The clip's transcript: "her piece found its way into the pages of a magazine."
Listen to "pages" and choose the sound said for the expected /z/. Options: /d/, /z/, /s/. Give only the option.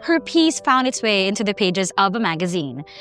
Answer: /z/